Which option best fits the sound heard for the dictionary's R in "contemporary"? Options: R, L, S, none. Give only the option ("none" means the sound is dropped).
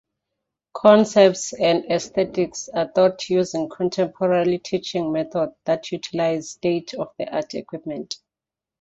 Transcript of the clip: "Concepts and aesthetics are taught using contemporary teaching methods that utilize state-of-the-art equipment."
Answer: L